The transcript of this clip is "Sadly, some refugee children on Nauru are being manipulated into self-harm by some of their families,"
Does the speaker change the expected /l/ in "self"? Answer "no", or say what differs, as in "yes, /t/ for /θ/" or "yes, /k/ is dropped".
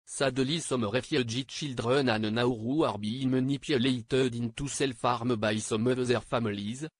no